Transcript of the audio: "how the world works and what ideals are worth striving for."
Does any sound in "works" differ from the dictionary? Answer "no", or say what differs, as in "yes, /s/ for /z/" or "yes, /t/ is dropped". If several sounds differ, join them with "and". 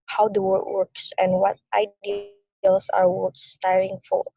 no